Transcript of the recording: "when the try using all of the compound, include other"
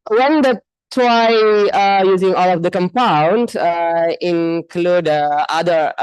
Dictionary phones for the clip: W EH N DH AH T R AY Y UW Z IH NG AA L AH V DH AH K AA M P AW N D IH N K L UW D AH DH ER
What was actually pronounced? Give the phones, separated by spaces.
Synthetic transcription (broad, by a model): W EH N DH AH T W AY Y UW Z IH NG AA L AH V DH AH K AA M P AW N D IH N K L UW D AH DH ER